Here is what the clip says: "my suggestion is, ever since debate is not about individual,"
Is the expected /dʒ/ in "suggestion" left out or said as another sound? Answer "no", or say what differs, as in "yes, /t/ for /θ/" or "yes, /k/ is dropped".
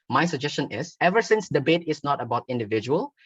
no